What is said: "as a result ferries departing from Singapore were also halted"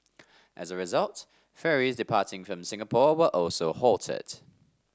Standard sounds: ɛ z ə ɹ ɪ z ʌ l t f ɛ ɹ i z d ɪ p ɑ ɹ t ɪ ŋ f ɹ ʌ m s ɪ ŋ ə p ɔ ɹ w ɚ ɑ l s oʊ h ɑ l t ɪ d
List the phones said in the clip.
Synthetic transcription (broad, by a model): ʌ z ə ɹ ɪ z ʌ l t f ɛ ɹ i z d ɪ p ɑ t ɪ ŋ f ɹ ʌ m s ɪ ŋ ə p ɔ w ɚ ɑ l s oʊ h ɑ l t ɪ d